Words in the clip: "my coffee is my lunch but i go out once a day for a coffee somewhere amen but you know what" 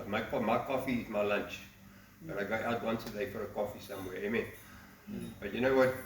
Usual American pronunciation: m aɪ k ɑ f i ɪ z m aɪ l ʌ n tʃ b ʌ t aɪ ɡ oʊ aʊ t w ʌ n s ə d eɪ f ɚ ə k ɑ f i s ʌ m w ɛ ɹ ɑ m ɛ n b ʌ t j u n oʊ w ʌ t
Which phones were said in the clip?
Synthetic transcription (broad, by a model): m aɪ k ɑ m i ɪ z m aɪ l ʌ n tʃ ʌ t aɪ ɡ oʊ aʊ t w ʌ n s ə d eɪ f ɚ ə k ɑ f i s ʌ m w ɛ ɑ ɑ m ɛ n b ʌ t j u n oʊ w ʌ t